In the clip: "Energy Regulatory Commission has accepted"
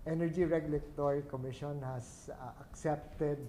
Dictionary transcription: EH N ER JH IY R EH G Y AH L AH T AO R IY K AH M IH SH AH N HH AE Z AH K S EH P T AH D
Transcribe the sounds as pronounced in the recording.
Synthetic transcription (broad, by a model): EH N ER JH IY R EH G Y AH L AH T AO R IY K AH M IH SH AH N HH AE S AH K S EH P T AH D